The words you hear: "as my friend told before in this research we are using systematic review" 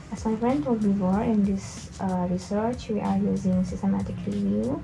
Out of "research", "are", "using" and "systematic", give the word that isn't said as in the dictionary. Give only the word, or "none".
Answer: none